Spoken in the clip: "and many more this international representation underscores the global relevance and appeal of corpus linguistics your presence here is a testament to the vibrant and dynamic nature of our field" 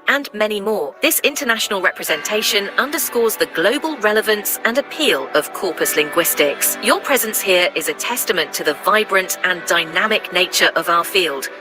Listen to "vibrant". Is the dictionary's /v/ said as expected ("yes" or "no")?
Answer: yes